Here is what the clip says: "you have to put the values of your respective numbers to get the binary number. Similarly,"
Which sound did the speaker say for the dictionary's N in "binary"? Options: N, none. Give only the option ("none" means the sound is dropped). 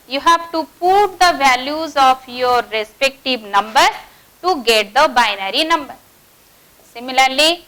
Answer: N